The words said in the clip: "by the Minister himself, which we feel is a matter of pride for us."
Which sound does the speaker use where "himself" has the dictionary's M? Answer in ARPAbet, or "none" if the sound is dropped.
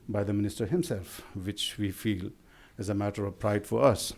M